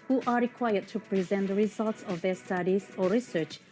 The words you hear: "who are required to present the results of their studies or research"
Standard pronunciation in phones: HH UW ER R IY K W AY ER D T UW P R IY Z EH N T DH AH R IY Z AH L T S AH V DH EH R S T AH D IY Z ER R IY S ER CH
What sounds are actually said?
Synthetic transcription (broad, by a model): HH UW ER R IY K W AY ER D T UW P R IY Z EH N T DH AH R IY Z AH L T S AH V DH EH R S T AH D IY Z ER R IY S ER CH